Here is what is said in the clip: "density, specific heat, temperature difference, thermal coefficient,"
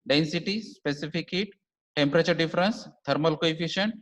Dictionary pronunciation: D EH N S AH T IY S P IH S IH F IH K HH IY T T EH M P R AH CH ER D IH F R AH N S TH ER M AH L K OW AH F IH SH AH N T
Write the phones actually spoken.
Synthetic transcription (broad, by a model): D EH N S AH T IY S P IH S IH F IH K HH IY T T EH M P R AH CH ER D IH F R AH N S T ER M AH L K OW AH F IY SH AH N T